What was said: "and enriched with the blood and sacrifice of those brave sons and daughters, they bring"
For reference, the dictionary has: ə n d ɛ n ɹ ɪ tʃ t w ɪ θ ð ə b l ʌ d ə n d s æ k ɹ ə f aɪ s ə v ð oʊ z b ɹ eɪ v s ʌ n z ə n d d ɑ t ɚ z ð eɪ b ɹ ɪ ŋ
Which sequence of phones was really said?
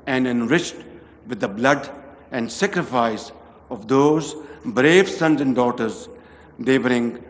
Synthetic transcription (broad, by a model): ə n d ɛ n ɹ ɪ tʃ t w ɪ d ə b l ʌ d ə n d s æ k ɹ ə f aɪ s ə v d oʊ z b ɹ eɪ v s ʌ n z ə n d d ɑ t ɚ z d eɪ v ɹ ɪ ŋ